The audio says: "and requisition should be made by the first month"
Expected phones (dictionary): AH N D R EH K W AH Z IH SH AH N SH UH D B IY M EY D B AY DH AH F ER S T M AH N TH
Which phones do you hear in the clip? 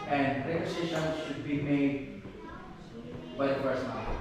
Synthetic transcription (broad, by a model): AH N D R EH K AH S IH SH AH N SH UH D B IY M EY D B AY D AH P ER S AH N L